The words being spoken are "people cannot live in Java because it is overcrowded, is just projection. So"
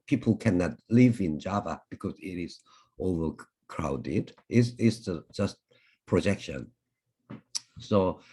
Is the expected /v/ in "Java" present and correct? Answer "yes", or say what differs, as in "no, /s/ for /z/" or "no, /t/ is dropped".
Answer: yes